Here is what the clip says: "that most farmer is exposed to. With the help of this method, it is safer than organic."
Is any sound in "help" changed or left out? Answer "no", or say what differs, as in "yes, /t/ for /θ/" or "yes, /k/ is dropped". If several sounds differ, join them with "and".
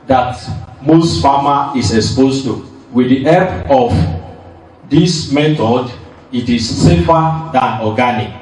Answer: yes, /l/ is dropped